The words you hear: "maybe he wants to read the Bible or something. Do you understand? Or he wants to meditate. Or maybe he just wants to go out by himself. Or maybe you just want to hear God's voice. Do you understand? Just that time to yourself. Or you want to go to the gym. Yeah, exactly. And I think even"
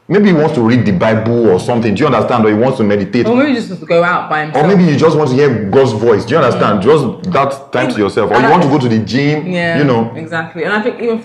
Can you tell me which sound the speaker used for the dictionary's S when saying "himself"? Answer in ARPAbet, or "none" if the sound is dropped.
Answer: none